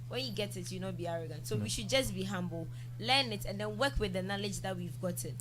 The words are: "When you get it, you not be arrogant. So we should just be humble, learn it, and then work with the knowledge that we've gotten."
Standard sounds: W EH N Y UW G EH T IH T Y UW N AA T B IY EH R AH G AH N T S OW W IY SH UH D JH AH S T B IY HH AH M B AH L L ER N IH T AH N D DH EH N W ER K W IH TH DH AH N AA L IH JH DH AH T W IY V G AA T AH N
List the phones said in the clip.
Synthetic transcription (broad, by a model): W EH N Y UW G EH T IH T Y UW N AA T B IY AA R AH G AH N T S OW W IY SH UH D JH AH S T B IY HH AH M B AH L L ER N IH T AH N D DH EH N W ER K W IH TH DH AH N AA L IH JH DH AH T W IY V G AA T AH N